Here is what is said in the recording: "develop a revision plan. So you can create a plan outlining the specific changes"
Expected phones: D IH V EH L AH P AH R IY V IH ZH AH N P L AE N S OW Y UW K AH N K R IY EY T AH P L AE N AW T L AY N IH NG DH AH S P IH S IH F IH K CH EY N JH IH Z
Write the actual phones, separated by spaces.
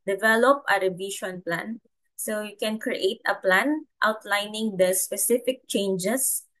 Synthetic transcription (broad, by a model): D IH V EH L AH P AH R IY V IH SH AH N P L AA N S OW Y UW K AH N K R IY EY T AH P L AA N AW T L AY N IH NG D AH S P IH S IH F IH K CH EY N JH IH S